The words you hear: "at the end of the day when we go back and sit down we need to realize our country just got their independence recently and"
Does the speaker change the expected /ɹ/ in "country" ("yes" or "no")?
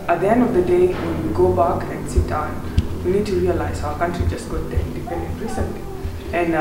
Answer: no